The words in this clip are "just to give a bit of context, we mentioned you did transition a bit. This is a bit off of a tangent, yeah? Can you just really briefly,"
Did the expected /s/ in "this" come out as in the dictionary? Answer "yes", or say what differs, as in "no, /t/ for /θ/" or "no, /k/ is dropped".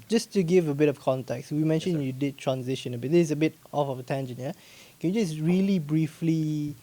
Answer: no, /s/ is dropped